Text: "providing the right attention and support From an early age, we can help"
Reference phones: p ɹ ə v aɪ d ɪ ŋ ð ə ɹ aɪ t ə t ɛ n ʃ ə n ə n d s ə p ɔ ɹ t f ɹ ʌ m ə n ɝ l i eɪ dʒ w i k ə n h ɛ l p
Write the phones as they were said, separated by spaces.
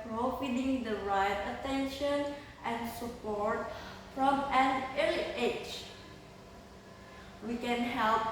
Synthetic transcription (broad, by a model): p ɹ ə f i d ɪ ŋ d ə ɹ aɪ t ə t ɛ n ʃ ə n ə n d s ə p ɔ ɹ t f ɹ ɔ m ə n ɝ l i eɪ tʃ w i k ə n h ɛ l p